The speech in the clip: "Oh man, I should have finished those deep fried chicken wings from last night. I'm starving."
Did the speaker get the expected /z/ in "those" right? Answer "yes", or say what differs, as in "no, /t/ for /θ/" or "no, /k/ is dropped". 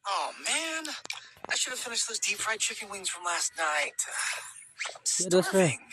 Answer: yes